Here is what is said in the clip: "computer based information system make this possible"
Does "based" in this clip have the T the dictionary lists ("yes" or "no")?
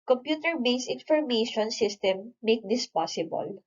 no